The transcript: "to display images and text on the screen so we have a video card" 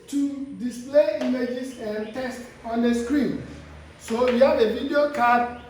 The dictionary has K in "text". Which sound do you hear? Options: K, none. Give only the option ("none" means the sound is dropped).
none